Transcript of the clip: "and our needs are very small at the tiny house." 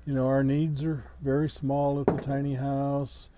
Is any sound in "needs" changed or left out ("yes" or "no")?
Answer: no